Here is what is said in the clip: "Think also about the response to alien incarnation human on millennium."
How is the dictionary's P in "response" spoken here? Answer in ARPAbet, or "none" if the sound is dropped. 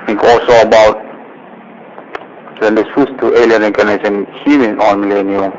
none